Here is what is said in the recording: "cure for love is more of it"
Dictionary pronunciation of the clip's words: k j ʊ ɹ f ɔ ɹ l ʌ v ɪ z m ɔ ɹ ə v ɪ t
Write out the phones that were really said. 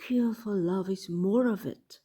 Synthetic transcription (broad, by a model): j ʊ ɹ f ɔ l l ʌ v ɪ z m ɔ ɹ ə v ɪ t